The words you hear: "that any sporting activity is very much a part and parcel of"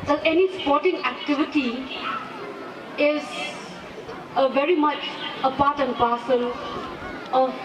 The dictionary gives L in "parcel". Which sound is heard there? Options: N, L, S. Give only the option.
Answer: N